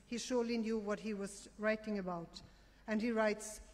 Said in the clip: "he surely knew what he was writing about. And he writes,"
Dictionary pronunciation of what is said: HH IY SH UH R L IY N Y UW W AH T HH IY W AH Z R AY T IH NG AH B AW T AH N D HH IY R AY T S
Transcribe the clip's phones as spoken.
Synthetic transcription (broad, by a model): HH IY SH UH R L IY N Y UW W AH T HH IY W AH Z R AY T IH NG AH B AW T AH N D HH IY R AY T S